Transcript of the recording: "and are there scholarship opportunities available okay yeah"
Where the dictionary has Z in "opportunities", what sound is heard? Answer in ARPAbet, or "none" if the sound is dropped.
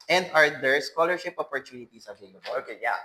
S